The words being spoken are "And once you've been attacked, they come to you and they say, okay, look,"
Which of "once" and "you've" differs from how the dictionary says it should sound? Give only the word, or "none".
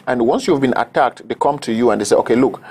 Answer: none